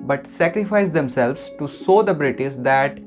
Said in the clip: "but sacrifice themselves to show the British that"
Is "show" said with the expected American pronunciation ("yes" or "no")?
no